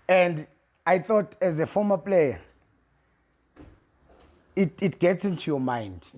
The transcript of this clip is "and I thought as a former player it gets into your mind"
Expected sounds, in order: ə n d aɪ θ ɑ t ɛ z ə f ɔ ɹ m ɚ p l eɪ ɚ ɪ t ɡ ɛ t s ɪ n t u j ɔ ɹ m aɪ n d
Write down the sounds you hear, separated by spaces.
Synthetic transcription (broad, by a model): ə n d aɪ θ ɑ t ɛ z ə f ɔ m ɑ p l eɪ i ɪ t ɡ ɛ t s ɪ n t u j ɔ m aɪ n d